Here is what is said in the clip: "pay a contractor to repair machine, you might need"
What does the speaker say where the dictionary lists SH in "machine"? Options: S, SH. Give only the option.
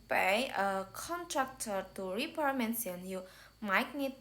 S